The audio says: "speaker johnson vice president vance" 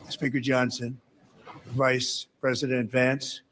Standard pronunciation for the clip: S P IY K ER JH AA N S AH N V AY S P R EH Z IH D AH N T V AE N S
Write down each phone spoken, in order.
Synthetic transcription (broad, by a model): S P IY K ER JH AA N S AH N V AY S P R EH Z IH D AH N T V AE N S